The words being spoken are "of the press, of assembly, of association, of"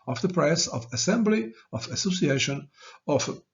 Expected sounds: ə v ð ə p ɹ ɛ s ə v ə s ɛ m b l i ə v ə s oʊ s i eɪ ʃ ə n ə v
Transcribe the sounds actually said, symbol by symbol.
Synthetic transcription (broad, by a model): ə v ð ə p ɹ ɛ s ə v ə s ɛ m b l i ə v ə s oʊ s i eɪ ʃ ə n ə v